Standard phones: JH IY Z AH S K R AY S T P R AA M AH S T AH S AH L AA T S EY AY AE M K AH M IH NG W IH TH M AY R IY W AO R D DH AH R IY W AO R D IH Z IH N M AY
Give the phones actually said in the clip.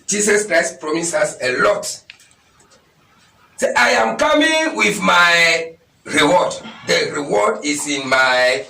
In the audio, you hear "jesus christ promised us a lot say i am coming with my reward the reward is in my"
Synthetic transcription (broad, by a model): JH IY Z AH S K R AY S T P R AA M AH S AA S AH L AA T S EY AY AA M K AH M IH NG W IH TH M AY R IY W AO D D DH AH R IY W AO D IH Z IH N M AY